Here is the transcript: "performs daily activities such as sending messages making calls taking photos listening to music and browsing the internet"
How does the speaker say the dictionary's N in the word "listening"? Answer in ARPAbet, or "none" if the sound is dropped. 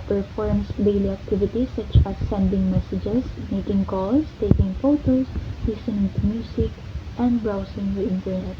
none